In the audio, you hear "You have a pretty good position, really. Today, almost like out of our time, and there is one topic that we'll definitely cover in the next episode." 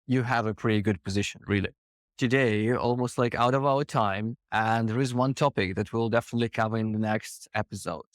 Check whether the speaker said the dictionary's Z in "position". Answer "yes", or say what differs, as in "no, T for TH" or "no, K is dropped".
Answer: yes